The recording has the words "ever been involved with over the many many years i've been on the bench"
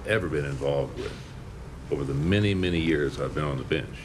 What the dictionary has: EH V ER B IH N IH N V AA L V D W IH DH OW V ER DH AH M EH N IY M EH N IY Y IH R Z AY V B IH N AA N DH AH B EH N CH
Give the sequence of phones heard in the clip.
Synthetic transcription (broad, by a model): EH V ER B IH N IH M V AA L V D W IH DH OW V ER DH AH M EH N IY M EH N IY Y IH R Z AY V B IH N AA N DH AH B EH N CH